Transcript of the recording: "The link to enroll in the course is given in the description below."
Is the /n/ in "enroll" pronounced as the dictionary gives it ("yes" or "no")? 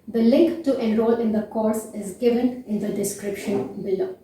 no